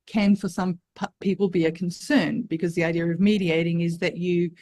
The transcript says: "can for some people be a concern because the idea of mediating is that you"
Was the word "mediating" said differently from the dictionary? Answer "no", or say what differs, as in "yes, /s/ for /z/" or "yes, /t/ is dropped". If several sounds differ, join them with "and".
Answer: no